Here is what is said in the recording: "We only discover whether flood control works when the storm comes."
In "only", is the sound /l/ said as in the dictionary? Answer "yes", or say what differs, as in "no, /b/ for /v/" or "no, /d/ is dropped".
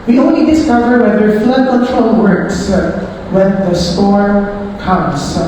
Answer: no, /l/ is dropped